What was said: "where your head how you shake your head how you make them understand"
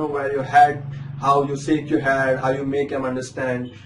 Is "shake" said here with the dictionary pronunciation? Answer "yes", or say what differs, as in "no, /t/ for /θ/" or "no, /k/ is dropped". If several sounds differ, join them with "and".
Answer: no, /s/ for /ʃ/